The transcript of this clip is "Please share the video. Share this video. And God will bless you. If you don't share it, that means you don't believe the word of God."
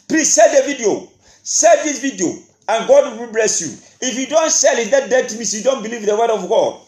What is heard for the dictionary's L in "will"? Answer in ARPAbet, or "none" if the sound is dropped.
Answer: W